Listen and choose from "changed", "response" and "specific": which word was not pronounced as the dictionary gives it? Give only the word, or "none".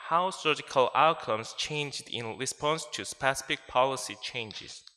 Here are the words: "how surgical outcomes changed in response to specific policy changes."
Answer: none